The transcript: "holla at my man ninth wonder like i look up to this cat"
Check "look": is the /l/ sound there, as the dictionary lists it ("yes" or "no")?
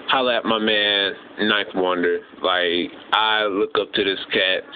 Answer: yes